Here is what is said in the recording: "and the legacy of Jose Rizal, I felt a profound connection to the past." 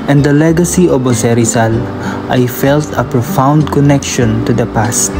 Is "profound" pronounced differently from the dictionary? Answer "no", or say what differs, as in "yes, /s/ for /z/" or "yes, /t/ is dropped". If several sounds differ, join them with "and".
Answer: no